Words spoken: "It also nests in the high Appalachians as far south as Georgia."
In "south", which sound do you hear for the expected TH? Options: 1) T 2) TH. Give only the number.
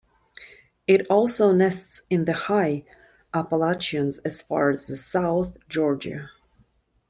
2